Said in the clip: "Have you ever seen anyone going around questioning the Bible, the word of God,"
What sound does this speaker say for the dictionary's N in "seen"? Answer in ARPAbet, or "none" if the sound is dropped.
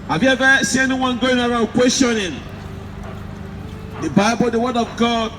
none